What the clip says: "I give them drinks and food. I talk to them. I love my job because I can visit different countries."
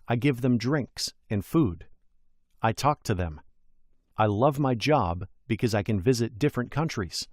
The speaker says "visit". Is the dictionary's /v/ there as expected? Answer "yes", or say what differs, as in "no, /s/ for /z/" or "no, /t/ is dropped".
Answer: yes